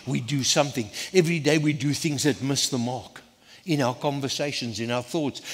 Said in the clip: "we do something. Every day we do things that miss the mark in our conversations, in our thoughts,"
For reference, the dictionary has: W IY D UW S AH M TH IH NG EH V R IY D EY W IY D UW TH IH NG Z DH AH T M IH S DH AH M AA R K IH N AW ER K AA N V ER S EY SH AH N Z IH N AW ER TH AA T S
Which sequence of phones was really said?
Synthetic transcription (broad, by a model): W IY D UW S AH M TH IH NG EH V R IY D EY W IY D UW TH IH NG Z DH AH T M IH S DH AH M AA R K IH N AW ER K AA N V ER S EY SH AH N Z IH N AW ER TH AA T S